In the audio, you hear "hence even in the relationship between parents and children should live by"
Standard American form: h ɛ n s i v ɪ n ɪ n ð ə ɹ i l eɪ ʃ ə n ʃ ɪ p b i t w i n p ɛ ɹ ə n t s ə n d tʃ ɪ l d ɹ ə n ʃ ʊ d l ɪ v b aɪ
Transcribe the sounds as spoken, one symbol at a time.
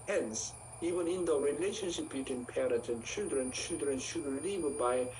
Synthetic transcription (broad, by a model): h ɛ n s i v ɪ n ɪ n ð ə ɹ i l eɪ ʃ ə n ʃ ɪ p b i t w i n p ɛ ɹ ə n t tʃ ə l d tʃ ɪ l d ɹ ə n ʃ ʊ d l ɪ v b aɪ